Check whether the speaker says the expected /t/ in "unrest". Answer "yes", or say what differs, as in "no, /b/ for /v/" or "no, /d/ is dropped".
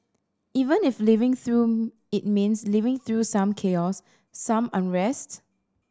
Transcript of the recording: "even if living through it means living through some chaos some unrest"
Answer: yes